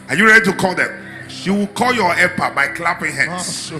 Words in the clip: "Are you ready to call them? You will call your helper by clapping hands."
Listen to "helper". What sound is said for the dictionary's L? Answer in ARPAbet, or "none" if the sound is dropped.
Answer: none